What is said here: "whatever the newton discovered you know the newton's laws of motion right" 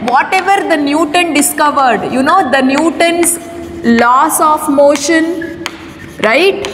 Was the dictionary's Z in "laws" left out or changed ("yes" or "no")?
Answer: yes